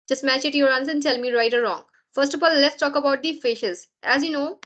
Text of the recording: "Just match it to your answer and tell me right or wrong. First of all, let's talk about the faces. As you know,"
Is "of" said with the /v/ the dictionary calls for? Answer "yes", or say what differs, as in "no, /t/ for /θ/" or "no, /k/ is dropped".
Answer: no, /f/ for /v/